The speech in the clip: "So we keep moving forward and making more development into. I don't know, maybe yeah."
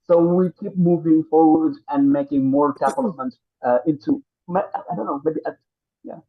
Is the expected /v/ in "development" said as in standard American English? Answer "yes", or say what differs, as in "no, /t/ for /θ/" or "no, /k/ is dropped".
no, /p/ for /v/